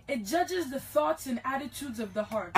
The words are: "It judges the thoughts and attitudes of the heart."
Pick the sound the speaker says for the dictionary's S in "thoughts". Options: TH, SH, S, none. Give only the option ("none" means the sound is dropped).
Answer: S